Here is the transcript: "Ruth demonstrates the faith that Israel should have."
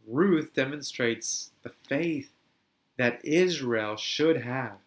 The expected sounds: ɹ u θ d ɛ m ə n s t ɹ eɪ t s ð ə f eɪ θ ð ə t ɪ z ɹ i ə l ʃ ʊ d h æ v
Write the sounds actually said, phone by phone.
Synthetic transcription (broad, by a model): ɹ u θ d ɛ m ə n s t ɹ eɪ t s ð ə f eɪ θ ð ə t ɪ z ɹ i ə l ʃ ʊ d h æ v